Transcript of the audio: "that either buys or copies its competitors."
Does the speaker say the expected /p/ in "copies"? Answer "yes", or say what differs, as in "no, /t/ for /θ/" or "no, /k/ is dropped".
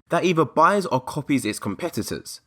yes